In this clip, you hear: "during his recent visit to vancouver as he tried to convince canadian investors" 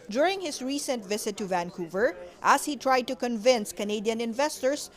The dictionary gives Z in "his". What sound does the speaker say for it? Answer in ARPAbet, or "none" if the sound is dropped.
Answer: S